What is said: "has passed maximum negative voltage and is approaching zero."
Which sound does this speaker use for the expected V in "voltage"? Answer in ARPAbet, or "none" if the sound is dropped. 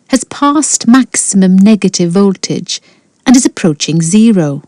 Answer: V